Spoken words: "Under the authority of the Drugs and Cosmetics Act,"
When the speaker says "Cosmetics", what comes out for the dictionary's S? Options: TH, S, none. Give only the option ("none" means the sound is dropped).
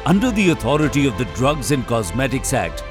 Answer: S